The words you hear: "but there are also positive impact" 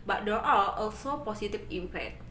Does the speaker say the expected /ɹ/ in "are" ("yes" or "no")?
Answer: no